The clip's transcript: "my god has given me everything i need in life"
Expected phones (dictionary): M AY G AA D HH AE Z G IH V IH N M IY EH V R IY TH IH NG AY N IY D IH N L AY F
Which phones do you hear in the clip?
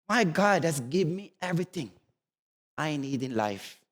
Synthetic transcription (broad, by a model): M AY G AA D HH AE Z G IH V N M IY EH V R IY T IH NG AY N IY D IH N L AY F